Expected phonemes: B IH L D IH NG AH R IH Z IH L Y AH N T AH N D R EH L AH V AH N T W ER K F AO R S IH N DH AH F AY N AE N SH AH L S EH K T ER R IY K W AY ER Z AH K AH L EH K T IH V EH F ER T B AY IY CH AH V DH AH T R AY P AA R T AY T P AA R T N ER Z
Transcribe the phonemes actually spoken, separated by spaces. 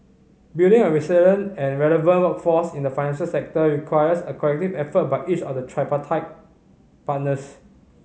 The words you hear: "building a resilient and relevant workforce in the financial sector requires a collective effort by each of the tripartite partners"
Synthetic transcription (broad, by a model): B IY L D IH NG AH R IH S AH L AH N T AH N R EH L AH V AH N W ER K F AO S IH N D AH F AY N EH N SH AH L S EH K T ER R IY K W AY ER S AH K AH L EH K T IH V EH F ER T B AY IY CH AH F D AH T R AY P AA T AY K P AA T N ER S